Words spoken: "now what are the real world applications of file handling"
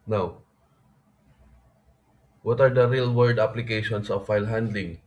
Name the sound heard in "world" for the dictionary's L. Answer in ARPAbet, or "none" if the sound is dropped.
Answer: none